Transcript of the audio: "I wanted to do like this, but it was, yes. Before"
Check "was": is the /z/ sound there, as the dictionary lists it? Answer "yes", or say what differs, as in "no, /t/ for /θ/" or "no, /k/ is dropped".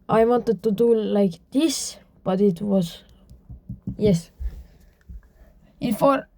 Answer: no, /s/ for /z/